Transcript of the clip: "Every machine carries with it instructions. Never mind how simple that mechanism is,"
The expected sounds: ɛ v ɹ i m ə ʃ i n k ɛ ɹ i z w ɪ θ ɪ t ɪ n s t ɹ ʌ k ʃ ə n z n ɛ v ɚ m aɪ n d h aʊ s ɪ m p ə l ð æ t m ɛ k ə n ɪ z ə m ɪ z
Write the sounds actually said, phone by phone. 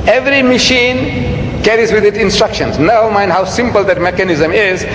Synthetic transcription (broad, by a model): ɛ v ɹ i m ə ʃ i n k ɛ ɹ i z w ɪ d ɪ t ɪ n s t ɹ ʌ k ʃ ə n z n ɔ ʊ m aɪ n d h aʊ s ɪ m p ə l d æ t m ɛ k ə n ɪ z ə m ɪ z